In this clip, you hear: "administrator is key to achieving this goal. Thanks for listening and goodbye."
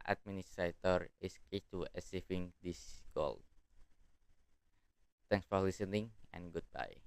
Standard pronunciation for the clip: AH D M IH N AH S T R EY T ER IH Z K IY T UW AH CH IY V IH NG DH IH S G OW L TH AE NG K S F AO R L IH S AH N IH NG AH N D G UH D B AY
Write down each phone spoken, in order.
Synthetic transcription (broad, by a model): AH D M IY N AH S T R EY T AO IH S K IY T UW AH S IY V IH NG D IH S G OW L T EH NG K S F AO R L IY S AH N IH NG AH N G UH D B AY